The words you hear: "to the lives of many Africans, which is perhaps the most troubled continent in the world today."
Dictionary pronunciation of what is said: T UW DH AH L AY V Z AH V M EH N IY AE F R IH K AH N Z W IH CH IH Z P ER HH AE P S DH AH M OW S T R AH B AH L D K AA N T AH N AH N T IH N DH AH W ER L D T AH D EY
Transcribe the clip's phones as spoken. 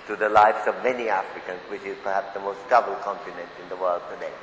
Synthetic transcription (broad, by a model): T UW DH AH L AY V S AH V M EH N IY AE F R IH K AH N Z W IH CH IH Z P ER HH AE P S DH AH M OW S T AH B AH L K AA N T AH N AH N T IH N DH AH W ER L D T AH D EY